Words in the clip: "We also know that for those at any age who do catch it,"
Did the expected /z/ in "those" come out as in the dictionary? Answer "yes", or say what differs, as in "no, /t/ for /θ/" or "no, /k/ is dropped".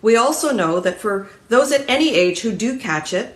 yes